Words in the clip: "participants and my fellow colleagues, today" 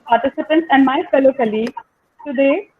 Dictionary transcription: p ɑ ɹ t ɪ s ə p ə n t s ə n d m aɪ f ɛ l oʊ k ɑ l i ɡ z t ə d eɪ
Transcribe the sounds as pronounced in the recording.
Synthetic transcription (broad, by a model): p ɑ ɹ t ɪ s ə p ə n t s ə n d m aɪ f ɛ l oʊ k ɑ l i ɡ t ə d eɪ